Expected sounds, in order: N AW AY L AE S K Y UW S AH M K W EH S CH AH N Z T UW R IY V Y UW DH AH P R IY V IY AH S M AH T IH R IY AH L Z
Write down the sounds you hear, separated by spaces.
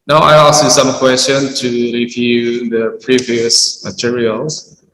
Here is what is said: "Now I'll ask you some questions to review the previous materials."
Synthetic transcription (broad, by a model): N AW AY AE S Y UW S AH M K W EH S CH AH N T UW R IY V Y UW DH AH P R IY V IY AH S M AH T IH R IY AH L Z